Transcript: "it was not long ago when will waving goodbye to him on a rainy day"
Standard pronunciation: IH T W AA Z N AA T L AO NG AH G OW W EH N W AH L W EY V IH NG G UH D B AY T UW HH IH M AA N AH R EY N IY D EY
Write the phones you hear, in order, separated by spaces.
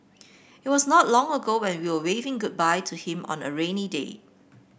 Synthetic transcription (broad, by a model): IH T W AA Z N AA T L AO NG AH G OW W EH N W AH W W EY V IH NG G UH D B AY T UW HH IH M AA N AH R EY N IY D EY